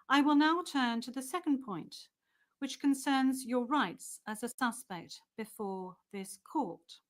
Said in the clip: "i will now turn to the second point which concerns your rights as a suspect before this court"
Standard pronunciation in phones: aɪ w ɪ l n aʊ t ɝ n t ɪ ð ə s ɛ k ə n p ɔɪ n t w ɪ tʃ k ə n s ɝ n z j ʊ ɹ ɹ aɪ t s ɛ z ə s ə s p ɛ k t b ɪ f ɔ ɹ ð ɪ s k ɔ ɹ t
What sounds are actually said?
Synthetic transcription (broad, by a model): aɪ w ɪ l n aʊ t ɝ n t ɪ ð ə s ɛ k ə n p ɔɪ n t w ɪ tʃ k ə n s ɝ n z j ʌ ɹ ɹ aɪ t s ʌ z ə s ə s p ɛ k t b ɪ f ɔ ɹ ð ɪ s k ɔ ɹ t